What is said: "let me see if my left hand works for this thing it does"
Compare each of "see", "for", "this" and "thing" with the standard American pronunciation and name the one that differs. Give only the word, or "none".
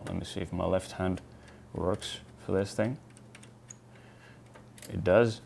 none